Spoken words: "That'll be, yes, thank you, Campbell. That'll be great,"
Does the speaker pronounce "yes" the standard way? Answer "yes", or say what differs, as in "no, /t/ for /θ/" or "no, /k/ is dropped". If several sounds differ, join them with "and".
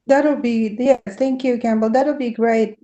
no, /s/ is dropped